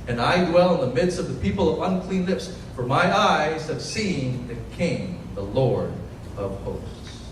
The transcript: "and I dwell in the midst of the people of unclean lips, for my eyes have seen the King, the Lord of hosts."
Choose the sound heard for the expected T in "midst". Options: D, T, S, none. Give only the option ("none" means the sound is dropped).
T